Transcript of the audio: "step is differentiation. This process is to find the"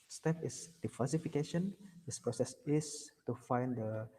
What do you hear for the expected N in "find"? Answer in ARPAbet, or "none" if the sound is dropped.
N